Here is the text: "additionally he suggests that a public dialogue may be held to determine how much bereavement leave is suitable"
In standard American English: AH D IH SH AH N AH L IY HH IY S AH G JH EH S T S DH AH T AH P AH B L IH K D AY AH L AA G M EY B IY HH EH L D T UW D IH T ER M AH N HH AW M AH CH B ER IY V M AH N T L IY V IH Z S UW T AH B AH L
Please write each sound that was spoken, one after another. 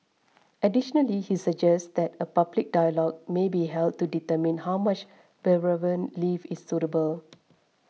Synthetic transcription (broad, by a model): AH D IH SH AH N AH L IY HH IY S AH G JH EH S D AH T AH P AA B L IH K D AY AH L AA G M EY B IY HH EH L D T UW D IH T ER M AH N HH AW M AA CH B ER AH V AH N L IY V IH S UW T AH B AH L